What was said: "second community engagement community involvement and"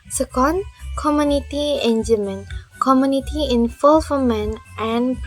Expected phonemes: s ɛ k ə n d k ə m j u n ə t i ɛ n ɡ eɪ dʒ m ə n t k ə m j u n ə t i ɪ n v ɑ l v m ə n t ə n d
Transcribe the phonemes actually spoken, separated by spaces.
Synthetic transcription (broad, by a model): s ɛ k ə n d k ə m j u n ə t i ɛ n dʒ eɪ m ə n k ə m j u n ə t i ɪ n f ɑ l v m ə n t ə n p